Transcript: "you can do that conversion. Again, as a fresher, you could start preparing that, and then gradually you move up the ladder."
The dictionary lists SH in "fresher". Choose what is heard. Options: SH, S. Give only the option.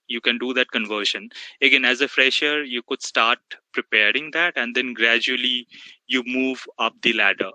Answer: SH